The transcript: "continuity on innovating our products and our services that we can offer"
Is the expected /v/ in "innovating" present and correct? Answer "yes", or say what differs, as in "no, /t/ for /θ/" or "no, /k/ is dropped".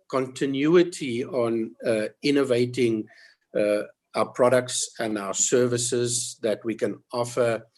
yes